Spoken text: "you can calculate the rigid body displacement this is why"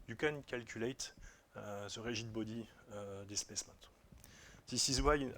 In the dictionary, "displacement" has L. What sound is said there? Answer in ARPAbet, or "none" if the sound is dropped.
none